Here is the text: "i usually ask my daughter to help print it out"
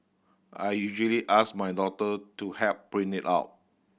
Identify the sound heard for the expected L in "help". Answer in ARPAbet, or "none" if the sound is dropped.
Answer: none